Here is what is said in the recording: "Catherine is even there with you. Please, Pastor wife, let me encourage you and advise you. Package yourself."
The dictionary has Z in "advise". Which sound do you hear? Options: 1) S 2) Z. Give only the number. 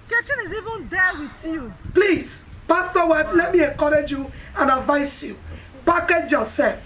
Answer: 1